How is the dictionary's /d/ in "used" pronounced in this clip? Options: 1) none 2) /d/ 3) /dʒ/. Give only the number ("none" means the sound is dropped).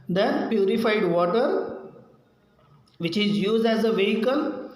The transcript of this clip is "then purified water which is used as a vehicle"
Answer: 2